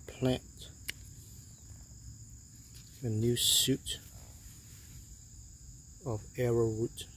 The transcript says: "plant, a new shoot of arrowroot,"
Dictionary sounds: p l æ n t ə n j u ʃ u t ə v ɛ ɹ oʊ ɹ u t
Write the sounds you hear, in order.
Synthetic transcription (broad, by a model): p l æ n t ə n j u s u t ə v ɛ ɹ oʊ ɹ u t